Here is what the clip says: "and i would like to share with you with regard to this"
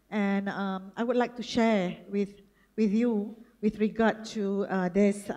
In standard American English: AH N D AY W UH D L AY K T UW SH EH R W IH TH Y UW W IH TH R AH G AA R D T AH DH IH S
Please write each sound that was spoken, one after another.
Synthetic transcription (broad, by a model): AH N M AY W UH D L AY K T UW SH EH W W IH TH Y UW W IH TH R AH G AA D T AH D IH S